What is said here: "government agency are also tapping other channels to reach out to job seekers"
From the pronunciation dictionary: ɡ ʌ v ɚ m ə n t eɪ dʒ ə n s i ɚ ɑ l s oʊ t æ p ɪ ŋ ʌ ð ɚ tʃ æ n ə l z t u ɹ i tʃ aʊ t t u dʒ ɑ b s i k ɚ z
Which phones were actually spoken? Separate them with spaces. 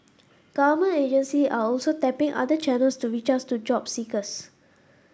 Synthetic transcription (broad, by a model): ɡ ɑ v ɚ m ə n eɪ dʒ ə n s i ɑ ɑ l s oʊ t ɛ p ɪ ŋ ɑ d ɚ tʃ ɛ n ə l s t u ɹ i tʃ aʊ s t u dʒ ɑ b s i k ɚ s